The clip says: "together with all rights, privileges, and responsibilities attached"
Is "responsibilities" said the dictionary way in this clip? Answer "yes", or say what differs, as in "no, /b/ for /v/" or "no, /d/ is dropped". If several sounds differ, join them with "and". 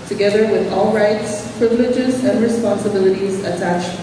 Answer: yes